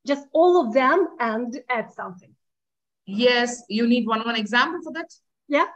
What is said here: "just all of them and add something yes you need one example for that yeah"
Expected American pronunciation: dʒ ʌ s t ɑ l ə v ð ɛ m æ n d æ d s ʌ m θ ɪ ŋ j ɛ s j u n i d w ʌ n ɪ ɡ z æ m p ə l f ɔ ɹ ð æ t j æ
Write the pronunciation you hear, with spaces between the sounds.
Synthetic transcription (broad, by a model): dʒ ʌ s t ɑ l ə v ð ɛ m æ n d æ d s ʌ m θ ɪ ŋ j ɛ s j u n i d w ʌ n ɪ ɡ z æ m p ə l f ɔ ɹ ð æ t j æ